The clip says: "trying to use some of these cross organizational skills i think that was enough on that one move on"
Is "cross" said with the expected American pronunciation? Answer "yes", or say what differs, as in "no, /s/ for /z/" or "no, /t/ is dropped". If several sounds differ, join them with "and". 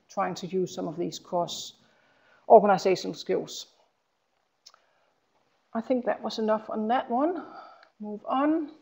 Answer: no, /ɹ/ is dropped